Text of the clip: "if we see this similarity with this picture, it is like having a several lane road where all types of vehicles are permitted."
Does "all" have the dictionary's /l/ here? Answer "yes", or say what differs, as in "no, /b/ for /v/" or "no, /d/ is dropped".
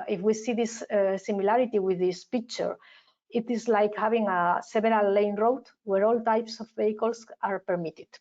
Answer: yes